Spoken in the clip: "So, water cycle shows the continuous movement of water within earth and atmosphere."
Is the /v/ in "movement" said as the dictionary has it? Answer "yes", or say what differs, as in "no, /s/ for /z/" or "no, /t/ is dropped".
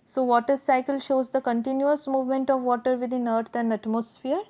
yes